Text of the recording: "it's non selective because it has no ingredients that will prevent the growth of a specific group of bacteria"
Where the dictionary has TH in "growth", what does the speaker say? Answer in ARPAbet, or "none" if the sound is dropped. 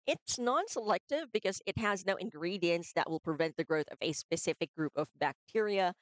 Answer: TH